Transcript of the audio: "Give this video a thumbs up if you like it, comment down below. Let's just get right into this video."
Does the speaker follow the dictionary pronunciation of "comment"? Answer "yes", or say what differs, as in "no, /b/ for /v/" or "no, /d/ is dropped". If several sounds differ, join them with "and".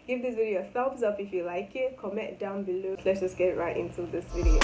no, /n/ is dropped